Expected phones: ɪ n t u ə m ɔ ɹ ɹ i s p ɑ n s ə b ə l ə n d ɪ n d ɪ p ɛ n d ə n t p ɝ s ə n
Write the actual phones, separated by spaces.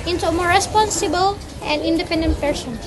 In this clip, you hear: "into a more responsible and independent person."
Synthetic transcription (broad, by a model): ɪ n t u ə m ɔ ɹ ɹ i s p ɑ n s ə b ə l ə n d ɪ n d ɪ p ɛ n d ə n t p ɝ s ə n